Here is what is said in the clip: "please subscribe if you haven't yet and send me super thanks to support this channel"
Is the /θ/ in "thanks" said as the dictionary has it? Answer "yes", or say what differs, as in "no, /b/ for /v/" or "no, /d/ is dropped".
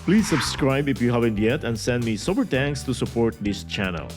no, /t/ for /θ/